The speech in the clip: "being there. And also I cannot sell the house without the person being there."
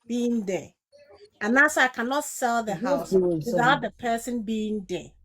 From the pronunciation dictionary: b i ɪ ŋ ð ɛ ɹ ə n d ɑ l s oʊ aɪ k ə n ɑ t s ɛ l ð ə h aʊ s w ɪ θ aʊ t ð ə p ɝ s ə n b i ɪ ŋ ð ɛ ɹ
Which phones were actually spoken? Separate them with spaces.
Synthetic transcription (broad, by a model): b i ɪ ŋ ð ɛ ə n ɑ s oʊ aɪ k ə n ɑ t s ɛ l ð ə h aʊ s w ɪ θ aʊ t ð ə p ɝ s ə n b i ɪ ŋ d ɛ